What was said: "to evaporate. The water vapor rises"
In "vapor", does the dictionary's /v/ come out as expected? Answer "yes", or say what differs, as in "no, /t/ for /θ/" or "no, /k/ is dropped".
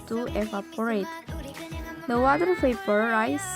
no, /p/ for /v/